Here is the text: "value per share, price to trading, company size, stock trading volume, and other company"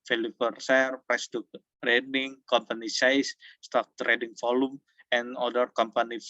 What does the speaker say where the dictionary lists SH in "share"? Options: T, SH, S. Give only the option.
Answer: S